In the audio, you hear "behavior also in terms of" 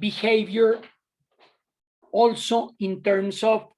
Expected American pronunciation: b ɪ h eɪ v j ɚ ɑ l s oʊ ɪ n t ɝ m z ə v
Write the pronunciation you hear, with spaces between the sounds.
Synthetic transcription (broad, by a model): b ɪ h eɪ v j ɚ ɑ l s oʊ ɪ n t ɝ m s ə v